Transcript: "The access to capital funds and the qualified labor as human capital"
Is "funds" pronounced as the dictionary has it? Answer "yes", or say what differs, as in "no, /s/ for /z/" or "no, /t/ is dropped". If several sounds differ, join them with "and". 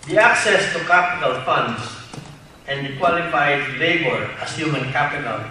no, /s/ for /z/